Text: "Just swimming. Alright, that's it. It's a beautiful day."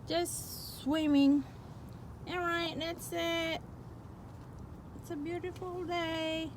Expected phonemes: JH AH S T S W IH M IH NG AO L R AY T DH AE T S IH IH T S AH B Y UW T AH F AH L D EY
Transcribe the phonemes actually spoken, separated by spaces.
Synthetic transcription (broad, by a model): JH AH S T S W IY M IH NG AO R AY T DH AE T S IH IH T S AH B Y UW T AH F L D EY